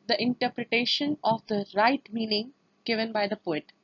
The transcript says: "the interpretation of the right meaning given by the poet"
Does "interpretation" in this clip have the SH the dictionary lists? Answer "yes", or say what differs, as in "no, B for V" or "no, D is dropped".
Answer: yes